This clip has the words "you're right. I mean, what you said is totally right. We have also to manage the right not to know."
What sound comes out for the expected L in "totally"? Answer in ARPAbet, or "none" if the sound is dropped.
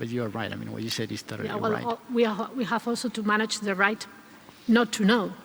W